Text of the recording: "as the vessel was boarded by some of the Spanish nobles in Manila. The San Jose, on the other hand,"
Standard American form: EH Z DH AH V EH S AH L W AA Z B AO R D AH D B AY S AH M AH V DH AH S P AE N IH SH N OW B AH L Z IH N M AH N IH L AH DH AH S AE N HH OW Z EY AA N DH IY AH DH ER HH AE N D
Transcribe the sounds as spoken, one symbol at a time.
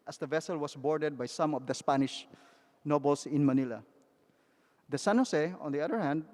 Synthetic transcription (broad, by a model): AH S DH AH V EH S AH L W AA S B AO R D AH D B AY S AH M AH V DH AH S P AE N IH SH N OW B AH L S IH N M AH N IH L AH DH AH S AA N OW S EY AA N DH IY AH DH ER HH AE N D